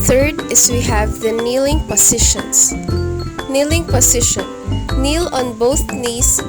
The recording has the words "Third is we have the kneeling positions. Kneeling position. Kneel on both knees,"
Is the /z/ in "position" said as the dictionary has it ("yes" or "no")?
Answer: no